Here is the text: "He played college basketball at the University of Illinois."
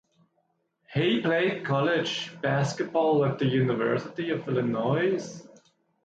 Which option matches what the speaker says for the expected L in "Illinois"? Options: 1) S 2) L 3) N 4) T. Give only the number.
2